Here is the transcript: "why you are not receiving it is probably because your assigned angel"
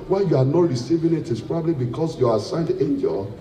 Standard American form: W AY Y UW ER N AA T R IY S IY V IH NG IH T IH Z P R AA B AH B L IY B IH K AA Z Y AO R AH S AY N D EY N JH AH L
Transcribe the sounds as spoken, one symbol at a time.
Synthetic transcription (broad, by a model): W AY Y UW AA N AA T R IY S IY V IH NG IH T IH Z P R AA B AH B L IY B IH K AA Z Y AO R AH S AY N D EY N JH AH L